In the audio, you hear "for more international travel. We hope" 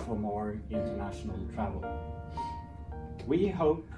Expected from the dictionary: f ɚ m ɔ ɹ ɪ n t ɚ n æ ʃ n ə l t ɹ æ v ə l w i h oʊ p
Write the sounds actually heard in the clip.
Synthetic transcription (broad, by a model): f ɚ m ɔ ɹ ɪ n t ɚ n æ ʃ n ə l t ɹ æ v ə l w i h oʊ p